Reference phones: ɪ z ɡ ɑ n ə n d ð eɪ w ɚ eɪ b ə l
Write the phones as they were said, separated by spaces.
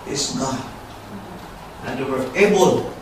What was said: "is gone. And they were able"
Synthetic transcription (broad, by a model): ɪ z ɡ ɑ ə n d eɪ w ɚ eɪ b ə l